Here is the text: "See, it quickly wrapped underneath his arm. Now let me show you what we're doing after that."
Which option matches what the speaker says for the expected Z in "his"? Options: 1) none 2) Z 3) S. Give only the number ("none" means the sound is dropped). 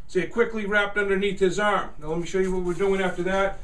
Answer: 2